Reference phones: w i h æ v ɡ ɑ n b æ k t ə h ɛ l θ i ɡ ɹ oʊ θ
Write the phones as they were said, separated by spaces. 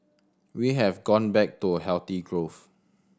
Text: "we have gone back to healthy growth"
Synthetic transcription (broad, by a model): w i h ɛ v ɡ ɑ n b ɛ k t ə h ɛ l t i ɡ ɹ oʊ f